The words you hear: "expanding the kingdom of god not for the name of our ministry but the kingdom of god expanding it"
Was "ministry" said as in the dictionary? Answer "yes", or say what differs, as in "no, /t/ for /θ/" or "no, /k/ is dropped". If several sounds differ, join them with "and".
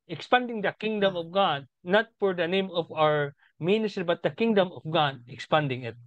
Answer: yes